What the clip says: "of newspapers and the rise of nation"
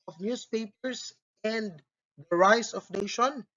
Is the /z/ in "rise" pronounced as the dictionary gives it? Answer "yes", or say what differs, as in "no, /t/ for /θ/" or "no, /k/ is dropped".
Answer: no, /s/ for /z/